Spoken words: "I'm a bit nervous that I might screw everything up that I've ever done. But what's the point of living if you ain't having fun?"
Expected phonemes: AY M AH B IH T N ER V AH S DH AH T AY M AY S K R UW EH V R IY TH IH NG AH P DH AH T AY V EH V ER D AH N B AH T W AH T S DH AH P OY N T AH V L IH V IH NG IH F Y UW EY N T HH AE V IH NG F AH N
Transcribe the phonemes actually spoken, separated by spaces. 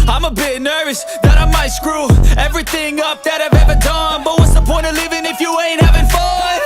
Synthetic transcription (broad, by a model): AY M AH B IH T N ER V AH S DH AH T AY M AY S K R UW EH V R IY TH IH NG AH P DH AH T AY V EH V ER D AH N B AH T W AH T S DH AH P OY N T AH L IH V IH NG IH F Y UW EY N T HH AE V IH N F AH